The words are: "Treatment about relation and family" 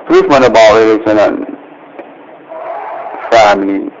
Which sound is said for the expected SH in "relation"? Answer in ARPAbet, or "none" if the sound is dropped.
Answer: S